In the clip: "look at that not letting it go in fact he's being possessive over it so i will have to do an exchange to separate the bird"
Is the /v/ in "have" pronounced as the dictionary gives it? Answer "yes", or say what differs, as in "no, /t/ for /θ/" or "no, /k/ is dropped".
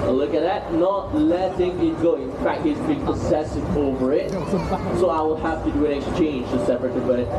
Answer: no, /f/ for /v/